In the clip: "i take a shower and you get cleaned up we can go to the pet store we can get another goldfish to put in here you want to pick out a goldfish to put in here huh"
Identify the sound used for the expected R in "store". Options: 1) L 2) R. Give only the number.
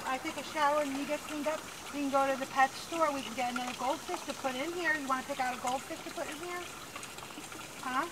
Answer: 2